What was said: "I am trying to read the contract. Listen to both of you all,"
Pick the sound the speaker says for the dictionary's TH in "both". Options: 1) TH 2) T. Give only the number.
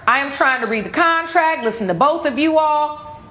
1